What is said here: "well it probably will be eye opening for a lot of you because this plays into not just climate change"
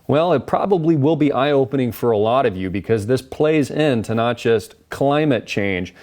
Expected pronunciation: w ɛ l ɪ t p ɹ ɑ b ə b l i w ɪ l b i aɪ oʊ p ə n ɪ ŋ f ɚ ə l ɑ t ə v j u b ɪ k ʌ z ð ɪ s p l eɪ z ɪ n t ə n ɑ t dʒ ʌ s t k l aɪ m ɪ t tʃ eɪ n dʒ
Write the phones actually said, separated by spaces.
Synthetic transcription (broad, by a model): w ɛ l ɪ t p ɹ ɑ b ə b l i w ɪ l b i aɪ oʊ p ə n ɪ ŋ f ɚ ə l ɑ t ə v j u b ɪ k ʌ z ð ɪ s p l eɪ z ɪ n t ə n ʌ t dʒ ʌ s t k l aɪ m ɪ t tʃ eɪ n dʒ